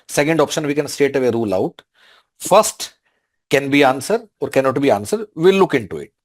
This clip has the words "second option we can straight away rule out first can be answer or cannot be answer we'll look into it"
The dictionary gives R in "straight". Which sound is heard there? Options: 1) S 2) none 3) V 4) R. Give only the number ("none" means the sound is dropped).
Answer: 2